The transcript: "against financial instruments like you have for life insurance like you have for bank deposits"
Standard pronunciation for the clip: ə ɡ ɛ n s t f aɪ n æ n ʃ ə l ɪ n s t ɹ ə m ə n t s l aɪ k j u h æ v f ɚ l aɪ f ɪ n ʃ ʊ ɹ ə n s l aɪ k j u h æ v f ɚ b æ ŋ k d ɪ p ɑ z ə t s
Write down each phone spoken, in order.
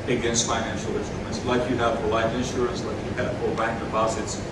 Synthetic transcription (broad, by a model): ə ɡ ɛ n s t f aɪ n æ n ʃ l ɪ n s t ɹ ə m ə n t s l aɪ k j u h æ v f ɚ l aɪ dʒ ɪ n ʃ ʊ ɹ ə n s l aɪ k j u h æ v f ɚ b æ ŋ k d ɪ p ɑ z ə t s